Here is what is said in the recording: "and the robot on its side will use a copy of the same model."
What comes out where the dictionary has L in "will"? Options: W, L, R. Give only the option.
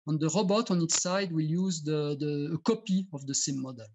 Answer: L